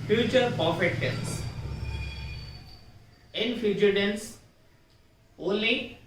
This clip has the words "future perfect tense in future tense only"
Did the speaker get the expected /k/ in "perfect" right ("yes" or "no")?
no